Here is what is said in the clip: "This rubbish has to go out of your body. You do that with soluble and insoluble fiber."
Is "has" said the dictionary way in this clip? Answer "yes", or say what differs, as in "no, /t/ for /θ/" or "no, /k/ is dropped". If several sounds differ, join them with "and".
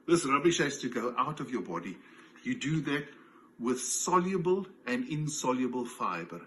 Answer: no, /s/ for /z/